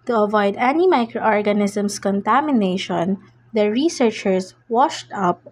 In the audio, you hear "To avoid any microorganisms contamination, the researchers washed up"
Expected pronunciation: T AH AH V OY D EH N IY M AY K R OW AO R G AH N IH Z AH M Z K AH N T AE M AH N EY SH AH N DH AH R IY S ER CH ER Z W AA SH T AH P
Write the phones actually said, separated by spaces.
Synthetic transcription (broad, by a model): T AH AH V OY D EH N IY M AY K R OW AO R G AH N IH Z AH M S K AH N T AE M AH N EY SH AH N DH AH R IY S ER CH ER S W AA SH T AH P